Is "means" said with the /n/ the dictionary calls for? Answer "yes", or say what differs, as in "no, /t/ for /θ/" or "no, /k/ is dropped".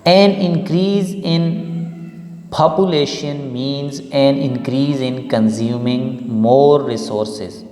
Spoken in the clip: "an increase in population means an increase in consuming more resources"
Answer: yes